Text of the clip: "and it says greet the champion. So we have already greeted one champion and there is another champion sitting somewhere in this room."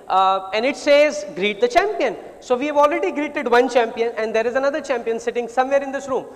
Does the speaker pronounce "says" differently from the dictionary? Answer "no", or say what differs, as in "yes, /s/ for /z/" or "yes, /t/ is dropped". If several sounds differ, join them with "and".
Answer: no